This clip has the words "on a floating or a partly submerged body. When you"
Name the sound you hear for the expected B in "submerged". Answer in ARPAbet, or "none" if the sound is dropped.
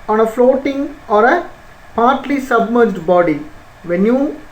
B